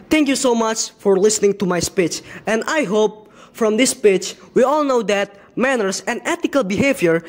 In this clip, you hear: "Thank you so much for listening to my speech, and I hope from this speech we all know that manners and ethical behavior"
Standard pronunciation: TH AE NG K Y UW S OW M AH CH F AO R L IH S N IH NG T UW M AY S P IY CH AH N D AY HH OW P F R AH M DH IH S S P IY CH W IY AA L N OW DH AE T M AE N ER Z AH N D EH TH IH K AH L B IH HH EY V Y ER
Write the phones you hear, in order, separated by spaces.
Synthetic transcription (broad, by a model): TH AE NG K Y UW S OW M AH CH F AO R L IH S N IH NG T UW M AY S P IY CH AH N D AY HH OW P F R AH M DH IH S S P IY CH W IY AA L N OW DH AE T M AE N ER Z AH N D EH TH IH K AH L B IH HH EY V Y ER